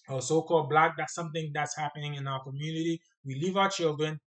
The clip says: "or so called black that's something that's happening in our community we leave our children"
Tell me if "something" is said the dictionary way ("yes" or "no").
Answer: yes